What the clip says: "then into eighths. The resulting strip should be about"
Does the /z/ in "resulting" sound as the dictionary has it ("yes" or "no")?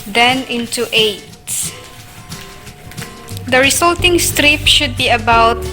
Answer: no